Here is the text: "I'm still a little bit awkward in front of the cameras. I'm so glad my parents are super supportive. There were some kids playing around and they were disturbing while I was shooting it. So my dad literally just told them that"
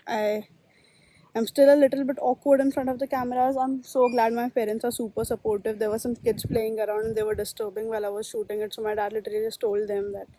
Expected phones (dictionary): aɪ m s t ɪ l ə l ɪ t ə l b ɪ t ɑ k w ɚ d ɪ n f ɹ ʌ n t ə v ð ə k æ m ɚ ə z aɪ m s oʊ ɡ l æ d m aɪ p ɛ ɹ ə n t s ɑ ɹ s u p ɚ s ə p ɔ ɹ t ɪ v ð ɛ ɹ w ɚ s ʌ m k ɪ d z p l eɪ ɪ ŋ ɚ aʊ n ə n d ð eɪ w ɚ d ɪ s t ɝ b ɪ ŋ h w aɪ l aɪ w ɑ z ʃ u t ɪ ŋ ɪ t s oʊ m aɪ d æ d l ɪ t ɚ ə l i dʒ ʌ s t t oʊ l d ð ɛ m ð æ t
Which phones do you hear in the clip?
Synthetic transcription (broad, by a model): aɪ m s t ɪ l ə l ɪ t ə l b ɪ t ɑ k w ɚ d ɪ n f ɹ ʌ n t ə v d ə k æ m ɚ ə z aɪ m s oʊ ɡ l æ d m aɪ p ɛ ɹ ə n t s ɑ ɹ s u p ɚ s ə p ɔ ɹ t ɪ v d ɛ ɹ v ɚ s ʌ m k ɪ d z p l eɪ ɪ ŋ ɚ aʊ ə n d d eɪ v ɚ d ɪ s t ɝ b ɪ ŋ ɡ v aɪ l aɪ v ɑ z ʃ u t ɪ ŋ ɪ t s oʊ m aɪ d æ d l ɪ t ɚ ə l i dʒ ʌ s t t oʊ l d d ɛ m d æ t